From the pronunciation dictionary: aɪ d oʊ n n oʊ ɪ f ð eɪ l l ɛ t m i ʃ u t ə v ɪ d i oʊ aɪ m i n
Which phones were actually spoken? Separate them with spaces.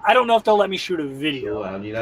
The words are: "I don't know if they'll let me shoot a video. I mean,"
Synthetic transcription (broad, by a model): aɪ d oʊ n n oʊ ɪ f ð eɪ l l ɛ t m i ʃ u t ə v ɪ d i oʊ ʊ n